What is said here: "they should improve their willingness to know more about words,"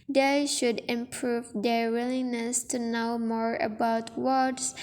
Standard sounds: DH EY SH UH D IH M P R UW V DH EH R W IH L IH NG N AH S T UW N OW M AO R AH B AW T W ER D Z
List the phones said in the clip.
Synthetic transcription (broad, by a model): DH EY SH UH D IH M P R UW V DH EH R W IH L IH N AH S T UW N OW M AO R AH B AW T W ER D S